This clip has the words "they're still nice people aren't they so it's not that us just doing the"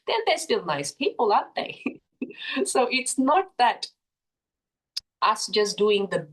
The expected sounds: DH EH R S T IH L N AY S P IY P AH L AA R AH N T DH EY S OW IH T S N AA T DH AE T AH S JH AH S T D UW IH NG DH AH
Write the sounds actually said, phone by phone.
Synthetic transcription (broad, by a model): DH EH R S T IH L N AY S P IY P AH L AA AH T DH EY S OW IH T S N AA T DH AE T AH S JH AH S D UW IH NG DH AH